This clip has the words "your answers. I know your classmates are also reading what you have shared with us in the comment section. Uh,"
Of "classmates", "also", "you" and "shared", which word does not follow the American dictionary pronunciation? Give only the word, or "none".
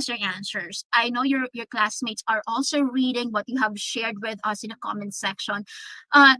none